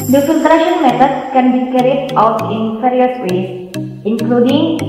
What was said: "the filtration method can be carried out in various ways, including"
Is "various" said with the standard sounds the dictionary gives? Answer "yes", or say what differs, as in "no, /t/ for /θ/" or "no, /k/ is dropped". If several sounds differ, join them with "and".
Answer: no, /f/ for /v/